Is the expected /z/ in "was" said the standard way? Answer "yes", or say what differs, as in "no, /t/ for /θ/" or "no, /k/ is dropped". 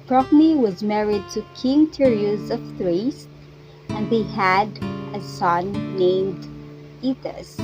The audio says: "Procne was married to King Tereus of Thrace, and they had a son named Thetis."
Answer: yes